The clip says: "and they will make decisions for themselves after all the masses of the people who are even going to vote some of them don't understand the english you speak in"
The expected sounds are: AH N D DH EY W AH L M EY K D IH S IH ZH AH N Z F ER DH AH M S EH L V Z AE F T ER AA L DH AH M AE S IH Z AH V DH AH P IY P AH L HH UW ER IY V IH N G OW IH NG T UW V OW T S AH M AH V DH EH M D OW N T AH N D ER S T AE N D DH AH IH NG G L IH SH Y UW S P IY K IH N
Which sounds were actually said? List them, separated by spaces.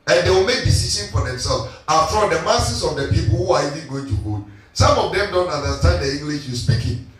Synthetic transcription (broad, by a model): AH N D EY W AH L M EY K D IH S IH SH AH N F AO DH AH M S EH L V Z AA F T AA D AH M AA S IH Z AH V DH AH P IY P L HH UW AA IY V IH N G OW IH NG T UW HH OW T S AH M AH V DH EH M D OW N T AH N D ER S T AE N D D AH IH NG G L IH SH Y UW S P IY K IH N